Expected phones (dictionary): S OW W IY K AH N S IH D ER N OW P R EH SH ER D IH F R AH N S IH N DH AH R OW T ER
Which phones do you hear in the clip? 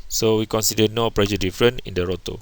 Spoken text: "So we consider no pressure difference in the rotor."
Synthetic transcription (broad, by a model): S OW W IY K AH N S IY D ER N OW P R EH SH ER D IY F R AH N IH N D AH R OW T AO